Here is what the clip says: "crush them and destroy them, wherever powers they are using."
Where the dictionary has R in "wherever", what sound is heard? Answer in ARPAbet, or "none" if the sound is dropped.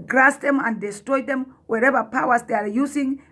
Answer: R